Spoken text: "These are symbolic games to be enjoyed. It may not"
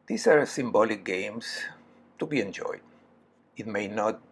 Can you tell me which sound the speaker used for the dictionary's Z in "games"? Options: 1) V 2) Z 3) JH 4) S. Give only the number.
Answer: 4